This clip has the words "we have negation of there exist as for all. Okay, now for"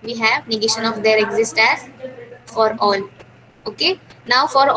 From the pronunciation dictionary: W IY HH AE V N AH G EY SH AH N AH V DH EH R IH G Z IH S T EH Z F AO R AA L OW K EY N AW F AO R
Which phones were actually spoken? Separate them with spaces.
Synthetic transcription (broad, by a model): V IY HH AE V N AH G EY SH AH N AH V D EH R IH G Z IH S T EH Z F AO R AA L OW K EY N AW F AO R